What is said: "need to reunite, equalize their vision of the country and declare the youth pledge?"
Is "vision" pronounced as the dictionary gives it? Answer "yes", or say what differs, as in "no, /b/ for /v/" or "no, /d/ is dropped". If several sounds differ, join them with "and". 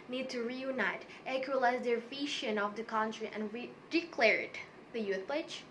no, /ʃ/ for /ʒ/